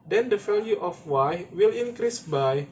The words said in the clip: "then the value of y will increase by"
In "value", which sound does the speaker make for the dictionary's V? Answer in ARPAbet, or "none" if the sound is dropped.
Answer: F